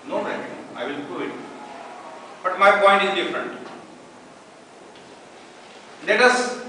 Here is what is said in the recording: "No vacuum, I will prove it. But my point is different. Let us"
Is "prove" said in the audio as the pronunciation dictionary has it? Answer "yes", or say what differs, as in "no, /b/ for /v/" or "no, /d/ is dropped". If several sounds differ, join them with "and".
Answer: no, /v/ is dropped